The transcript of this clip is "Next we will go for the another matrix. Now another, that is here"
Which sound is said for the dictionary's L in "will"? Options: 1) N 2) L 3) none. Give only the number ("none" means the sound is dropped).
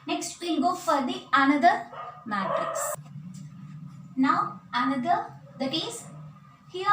1